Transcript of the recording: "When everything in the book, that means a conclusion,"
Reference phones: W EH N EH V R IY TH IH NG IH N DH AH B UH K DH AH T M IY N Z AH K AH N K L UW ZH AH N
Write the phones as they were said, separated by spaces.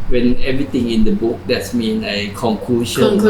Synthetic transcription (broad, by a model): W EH N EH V R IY T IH NG IH N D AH B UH K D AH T M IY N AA AH K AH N K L UW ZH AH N